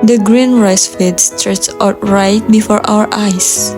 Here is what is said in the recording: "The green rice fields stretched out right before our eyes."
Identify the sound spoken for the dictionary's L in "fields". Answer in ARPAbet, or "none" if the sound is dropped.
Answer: none